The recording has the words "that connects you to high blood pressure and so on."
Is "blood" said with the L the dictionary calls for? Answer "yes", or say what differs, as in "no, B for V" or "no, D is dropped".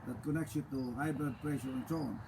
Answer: no, L is dropped